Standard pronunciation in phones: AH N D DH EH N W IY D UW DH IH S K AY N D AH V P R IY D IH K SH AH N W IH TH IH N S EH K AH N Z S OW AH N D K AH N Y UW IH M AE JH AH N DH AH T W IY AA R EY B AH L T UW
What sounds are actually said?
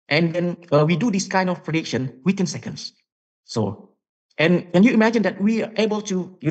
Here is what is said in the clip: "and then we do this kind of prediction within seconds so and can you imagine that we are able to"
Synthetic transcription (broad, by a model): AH N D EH N W IY D UW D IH S K AY N D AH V P R IY D IH K SH AH N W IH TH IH N S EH K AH N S S OW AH N K AH N Y UW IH M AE JH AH N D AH T W IY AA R EY B AH L T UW